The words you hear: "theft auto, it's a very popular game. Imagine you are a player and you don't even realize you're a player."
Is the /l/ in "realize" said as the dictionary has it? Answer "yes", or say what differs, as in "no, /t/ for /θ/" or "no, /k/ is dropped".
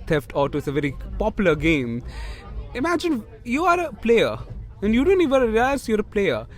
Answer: no, /l/ is dropped